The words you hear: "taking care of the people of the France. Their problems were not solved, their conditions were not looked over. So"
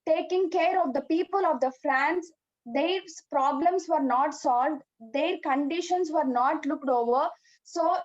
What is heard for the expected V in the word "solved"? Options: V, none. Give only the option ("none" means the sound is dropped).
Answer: V